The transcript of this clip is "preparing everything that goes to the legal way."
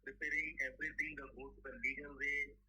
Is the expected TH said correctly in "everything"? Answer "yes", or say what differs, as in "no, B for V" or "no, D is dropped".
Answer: no, T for TH